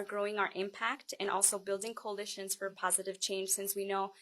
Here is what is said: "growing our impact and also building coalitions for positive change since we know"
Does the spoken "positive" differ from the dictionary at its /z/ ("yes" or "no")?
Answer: no